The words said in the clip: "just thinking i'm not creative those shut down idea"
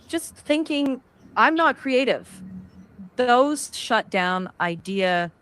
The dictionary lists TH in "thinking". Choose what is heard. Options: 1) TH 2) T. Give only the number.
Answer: 1